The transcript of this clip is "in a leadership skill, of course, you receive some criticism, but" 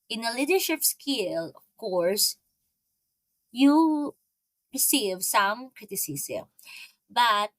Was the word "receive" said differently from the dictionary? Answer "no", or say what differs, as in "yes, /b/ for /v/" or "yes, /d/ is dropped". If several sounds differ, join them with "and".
no